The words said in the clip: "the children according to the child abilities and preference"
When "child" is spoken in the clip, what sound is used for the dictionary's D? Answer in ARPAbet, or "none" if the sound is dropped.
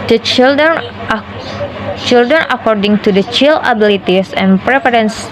none